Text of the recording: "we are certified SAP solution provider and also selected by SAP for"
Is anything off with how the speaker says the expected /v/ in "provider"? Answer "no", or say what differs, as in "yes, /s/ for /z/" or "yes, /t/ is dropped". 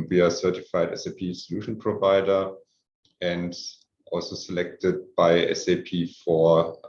no